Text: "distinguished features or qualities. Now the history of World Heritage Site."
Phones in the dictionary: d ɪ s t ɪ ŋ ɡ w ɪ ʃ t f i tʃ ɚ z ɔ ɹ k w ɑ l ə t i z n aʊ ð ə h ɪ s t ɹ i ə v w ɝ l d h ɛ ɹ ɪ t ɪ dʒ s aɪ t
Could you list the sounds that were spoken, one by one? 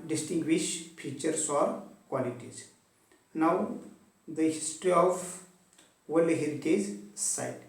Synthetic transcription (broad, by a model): d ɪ s t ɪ ŋ ɡ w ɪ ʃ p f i tʃ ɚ s ɔ ɹ k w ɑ l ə t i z n aʊ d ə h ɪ s t ɹ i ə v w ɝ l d h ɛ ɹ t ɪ z s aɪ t